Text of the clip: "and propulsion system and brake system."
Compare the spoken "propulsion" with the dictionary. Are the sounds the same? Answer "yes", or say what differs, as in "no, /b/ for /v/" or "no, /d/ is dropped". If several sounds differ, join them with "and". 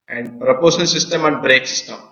no, /l/ is dropped